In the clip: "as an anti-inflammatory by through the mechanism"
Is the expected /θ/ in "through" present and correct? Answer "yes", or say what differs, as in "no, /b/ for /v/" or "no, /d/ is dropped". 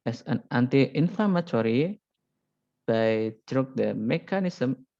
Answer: no, /t/ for /θ/